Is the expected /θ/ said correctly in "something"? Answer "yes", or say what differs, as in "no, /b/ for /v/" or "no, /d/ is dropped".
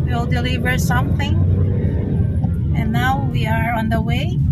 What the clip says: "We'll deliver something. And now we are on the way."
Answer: yes